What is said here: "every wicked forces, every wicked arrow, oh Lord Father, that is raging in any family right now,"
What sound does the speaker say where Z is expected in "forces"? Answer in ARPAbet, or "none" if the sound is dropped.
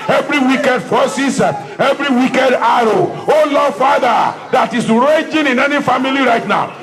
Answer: none